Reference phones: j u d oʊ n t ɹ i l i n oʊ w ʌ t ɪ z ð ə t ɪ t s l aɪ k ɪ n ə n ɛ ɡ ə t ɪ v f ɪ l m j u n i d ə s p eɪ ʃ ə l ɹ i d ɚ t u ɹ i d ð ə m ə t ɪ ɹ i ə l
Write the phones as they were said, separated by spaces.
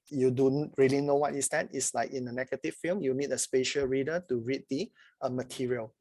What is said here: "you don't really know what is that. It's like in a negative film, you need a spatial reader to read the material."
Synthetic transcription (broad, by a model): j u d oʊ n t ɹ i l i n oʊ w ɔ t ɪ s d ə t ɪ t s l aɪ k ɪ n ə n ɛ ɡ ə t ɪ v f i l m j u n i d ə s p eɪ ʃ ə l ɹ i d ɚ t u ɹ i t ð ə m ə t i ɹ i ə l